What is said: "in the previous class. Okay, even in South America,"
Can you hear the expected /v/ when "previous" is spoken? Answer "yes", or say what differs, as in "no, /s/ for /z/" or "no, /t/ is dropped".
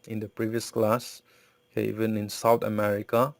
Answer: yes